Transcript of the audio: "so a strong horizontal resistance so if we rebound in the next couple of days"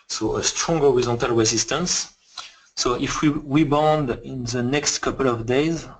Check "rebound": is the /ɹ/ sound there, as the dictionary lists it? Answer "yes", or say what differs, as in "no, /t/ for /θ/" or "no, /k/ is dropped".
no, /w/ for /ɹ/